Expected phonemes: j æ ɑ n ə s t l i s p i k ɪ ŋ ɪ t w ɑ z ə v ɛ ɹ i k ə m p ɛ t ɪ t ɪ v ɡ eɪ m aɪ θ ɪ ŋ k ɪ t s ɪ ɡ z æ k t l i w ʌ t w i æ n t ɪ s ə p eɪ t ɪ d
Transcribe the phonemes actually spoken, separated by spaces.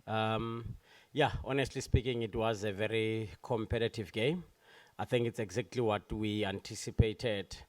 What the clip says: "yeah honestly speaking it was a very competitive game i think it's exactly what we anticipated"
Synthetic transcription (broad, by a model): j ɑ ɑ n ə s t l i s p i k ɪ ŋ ɪ t w ɑ z ə v ɛ ɹ i k ə m p ɛ t ɪ t ɪ v ɡ eɪ m aɪ θ ɪ ŋ k ɪ t s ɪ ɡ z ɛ k t l i w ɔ t w i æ n t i s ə p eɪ t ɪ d